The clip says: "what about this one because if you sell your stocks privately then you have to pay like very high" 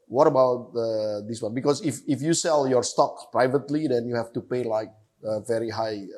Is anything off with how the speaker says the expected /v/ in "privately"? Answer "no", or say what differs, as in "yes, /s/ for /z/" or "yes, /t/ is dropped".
no